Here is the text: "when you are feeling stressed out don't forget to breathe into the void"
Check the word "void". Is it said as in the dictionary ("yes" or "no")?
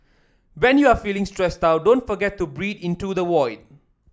no